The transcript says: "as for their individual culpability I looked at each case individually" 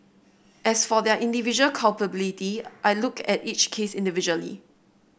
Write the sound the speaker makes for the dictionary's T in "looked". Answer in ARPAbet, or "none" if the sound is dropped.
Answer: none